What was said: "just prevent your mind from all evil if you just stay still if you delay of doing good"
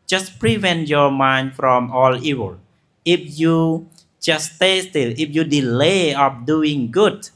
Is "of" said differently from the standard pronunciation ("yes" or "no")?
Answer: yes